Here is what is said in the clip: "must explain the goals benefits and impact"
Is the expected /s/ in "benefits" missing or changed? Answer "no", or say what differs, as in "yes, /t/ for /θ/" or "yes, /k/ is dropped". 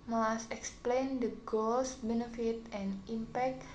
yes, /s/ is dropped